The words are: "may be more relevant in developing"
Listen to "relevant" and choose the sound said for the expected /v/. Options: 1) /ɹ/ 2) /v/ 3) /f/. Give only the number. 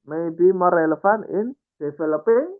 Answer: 3